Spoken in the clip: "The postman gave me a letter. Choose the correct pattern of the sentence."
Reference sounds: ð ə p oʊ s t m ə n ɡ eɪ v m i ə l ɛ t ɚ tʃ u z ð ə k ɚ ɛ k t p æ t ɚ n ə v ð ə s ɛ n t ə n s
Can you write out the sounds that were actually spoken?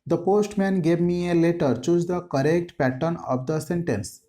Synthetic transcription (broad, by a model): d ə p oʊ s t m ə n ɡ eɪ v m i ə l ɛ t ɚ tʃ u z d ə k ɚ ɛ k t p æ t ɚ n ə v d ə s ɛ n t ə n s